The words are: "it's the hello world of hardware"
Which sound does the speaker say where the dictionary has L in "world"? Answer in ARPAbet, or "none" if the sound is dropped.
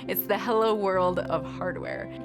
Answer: L